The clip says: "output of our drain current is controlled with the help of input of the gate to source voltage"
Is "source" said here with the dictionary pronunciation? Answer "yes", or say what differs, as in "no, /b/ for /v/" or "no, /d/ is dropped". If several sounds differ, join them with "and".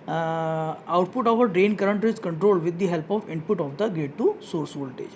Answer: yes